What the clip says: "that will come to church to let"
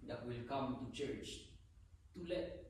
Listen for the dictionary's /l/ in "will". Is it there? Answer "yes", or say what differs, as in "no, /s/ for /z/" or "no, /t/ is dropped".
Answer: yes